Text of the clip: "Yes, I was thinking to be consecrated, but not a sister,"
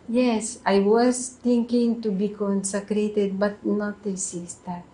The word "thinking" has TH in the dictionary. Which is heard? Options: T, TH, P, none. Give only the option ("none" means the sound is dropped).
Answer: T